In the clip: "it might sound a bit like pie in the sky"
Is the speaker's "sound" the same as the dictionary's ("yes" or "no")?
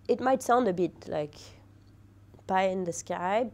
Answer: yes